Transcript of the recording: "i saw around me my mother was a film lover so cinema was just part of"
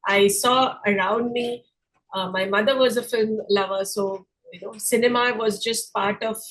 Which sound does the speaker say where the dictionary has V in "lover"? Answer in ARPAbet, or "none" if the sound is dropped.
V